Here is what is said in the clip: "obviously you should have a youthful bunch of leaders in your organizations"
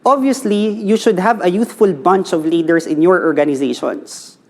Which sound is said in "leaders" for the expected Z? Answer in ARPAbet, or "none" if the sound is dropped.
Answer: S